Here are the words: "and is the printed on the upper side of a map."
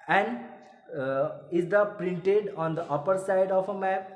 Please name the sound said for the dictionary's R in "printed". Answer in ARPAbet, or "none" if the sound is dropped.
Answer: R